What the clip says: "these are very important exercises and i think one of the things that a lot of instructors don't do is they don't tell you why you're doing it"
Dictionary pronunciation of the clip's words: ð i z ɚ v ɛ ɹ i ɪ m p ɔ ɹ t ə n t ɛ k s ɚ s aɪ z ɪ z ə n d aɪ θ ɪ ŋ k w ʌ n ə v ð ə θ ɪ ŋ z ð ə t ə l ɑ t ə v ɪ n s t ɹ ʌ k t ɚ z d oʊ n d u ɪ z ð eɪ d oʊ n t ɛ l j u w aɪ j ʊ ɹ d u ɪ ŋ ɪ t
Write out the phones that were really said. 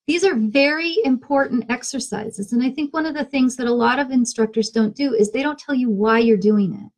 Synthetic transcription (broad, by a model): ð i z ɚ v ɛ ɹ i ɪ m p ɔ ɹ t n t ɛ k s ɚ s aɪ z ɪ z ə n aɪ θ ɪ ŋ k w ʌ n ə v ð ə θ ɪ ŋ z ð ə t ə l ɑ t ə v ɪ n s t ɹ ʌ k t ɚ z d oʊ n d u ɪ z ð eɪ d oʊ n t ɛ l j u w aɪ j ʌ ɹ d u ɪ ŋ ɪ t